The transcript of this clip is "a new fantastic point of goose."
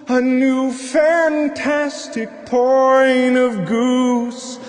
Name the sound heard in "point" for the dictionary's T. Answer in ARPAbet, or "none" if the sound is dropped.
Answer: none